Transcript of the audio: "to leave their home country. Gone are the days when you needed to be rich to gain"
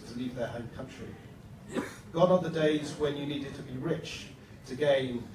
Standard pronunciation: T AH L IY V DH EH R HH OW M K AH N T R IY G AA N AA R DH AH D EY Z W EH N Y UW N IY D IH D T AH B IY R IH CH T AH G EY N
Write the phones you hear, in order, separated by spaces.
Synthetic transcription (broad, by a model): T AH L IY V DH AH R HH OW M K AH N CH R IY G AA N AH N DH AH D EY Z W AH N Y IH N IY D IH D T AH B IY R IH CH T AH G EY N